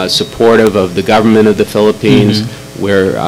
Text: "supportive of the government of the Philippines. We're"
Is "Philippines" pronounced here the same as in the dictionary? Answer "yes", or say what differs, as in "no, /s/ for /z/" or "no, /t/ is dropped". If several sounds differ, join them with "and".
yes